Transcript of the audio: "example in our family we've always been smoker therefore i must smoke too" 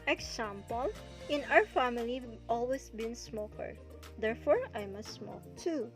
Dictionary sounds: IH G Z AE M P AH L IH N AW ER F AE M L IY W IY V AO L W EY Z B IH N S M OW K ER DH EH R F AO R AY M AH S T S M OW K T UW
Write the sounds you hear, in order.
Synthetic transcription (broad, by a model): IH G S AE M P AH L IH N AW ER F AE M IY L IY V AO L W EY S B IH N S M OW K ER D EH R F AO R AY M AH S T S M OW K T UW